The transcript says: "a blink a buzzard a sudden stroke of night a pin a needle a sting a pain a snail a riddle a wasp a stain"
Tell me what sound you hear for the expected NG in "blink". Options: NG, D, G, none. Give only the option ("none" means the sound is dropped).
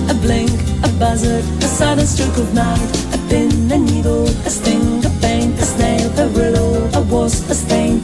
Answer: NG